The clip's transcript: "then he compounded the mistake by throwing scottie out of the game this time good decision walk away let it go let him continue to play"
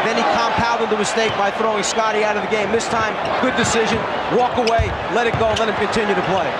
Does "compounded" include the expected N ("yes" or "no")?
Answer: no